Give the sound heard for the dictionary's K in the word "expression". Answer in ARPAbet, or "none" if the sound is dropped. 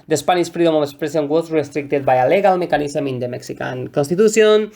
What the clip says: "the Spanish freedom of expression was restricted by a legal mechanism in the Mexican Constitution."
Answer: none